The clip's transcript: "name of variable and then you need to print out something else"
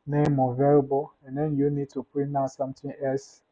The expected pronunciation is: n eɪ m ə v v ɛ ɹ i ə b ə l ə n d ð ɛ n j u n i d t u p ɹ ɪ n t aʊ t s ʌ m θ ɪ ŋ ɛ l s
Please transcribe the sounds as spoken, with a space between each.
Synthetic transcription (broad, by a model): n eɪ m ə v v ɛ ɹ b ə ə n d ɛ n j u n i d t u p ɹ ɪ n aʊ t s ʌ m t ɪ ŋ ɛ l s